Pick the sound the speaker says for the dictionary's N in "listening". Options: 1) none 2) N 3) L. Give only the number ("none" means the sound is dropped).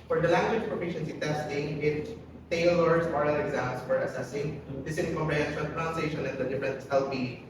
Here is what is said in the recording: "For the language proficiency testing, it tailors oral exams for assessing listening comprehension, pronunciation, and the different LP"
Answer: 1